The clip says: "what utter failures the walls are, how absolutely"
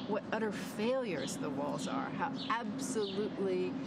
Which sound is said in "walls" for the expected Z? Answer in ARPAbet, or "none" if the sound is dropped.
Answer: Z